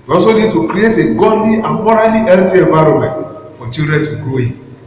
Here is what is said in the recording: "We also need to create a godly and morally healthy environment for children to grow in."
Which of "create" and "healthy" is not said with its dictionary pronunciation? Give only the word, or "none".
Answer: healthy